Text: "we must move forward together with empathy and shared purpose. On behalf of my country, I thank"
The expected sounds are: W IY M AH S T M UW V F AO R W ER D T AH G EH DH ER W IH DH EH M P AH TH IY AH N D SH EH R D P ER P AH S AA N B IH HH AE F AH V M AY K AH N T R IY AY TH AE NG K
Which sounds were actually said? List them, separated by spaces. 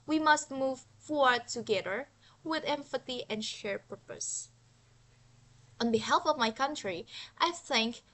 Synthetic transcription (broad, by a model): W IY M AH S T M UW V F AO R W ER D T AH G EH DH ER W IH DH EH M F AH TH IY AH N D SH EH R P ER P AH S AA N B IH HH AE F AH V M AY K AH N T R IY AY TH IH NG K